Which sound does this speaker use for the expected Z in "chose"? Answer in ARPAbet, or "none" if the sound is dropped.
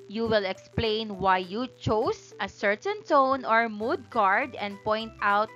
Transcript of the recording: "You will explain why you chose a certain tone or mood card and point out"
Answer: S